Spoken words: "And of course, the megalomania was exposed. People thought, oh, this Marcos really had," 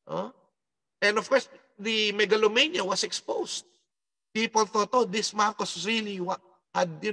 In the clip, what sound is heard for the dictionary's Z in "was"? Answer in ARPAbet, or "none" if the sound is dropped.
S